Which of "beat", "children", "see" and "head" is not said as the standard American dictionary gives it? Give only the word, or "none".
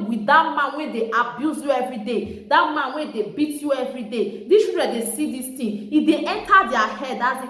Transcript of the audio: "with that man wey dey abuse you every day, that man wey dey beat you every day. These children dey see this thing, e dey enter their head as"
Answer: children